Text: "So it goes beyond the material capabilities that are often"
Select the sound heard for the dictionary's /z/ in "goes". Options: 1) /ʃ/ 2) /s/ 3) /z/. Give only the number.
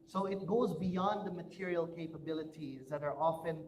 3